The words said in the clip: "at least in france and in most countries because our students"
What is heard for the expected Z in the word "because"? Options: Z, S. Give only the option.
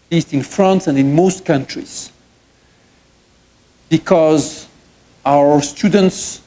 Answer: Z